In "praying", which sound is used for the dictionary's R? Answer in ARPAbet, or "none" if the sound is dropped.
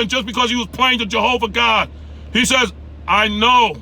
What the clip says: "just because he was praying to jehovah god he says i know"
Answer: L